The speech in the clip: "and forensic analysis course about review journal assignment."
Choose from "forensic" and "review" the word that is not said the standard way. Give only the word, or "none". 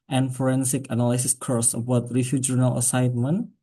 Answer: review